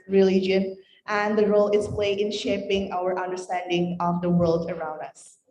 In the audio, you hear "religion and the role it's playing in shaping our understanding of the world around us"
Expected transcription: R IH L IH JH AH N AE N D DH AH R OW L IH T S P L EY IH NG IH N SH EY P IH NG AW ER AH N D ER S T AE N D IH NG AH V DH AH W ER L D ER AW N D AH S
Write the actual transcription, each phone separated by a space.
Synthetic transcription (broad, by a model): R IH L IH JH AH N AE N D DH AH R OW L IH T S P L EY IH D IH N SH EY P IH NG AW ER AH N D ER S T AE N D IH NG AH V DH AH W ER L D ER AW N D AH S